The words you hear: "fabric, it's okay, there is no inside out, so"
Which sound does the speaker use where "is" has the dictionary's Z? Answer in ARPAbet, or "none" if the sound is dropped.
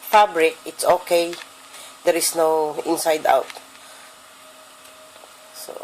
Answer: S